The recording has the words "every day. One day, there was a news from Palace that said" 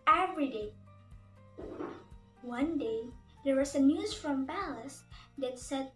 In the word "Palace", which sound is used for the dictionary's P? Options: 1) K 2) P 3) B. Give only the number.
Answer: 3